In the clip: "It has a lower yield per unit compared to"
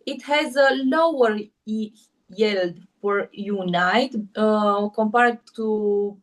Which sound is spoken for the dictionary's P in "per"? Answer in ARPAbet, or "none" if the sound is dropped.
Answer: F